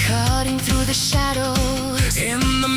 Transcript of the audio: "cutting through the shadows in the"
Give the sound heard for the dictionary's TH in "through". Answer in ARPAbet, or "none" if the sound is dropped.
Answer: TH